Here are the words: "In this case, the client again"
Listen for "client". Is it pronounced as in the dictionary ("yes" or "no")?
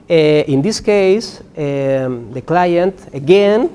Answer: yes